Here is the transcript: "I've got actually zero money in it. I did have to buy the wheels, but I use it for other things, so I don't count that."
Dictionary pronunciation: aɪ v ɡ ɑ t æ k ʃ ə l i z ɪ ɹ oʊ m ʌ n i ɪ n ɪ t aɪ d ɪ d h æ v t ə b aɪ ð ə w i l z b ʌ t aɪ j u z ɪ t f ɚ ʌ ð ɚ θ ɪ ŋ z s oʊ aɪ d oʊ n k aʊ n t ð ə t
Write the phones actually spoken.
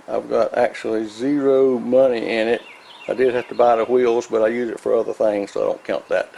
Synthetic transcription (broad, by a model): aɪ v ɡ ɑ t æ k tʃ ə l i z ɪ ɹ oʊ m ʌ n i ɪ n ɪ t aɪ d ɪ d h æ f t ə b aɪ ð ə w i l z b ʌ t aɪ j u z ɪ t f ɚ ʌ ð ɚ θ ɪ ŋ z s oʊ aɪ d oʊ n k aʊ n ð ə t